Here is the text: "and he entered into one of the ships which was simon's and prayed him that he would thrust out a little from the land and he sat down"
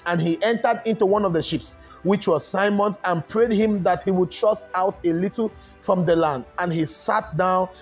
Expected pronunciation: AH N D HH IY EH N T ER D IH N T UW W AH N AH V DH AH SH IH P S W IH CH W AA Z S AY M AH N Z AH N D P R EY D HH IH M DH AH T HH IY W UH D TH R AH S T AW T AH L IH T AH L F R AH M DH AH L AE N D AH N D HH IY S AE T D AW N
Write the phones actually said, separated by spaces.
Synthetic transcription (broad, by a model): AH N HH IY EH N T ER D IH N T UW W AH N AH V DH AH SH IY P S W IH CH W AA Z S AY M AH N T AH N P R EY D HH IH M DH AH T HH IY W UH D T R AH S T AW T AH L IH T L F R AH M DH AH L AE N D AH N HH IY S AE T D AW N